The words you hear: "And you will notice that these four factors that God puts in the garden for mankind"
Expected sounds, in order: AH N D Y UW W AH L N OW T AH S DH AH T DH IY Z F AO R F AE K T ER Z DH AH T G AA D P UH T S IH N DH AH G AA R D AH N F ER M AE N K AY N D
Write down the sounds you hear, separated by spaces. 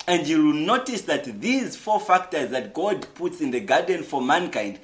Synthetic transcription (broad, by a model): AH N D Y UW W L N OW T AH S DH AH T DH IY Z F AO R F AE K T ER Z DH AH T G AA D P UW T S IH N DH AH G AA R D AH N F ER M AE N K AY N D